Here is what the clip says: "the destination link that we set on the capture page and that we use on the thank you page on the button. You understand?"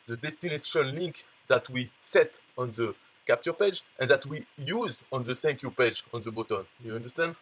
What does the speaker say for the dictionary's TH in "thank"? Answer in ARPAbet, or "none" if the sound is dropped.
S